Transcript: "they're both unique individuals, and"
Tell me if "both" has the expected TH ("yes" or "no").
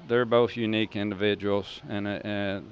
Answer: yes